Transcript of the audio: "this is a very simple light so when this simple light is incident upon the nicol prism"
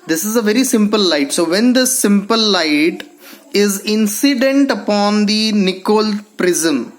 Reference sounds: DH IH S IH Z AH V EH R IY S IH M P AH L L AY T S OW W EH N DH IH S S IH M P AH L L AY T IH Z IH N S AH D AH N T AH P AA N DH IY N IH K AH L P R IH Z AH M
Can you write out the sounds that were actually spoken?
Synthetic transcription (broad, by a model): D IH S IH Z AH V EH R IY S IH M P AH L L AY T S OW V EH N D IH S S IH M P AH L L AY T IH Z IH N S AH D AH N T AH P AA N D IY N IH K AH L P R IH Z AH M